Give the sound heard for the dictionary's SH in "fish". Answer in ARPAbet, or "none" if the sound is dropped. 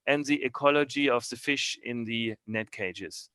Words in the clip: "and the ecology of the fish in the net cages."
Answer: SH